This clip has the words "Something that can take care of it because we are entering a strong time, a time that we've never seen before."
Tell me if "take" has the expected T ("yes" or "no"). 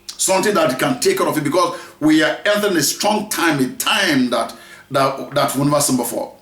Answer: yes